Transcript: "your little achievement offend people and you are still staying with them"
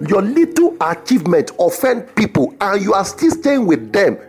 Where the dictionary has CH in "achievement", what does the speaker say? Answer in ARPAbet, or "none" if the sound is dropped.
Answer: CH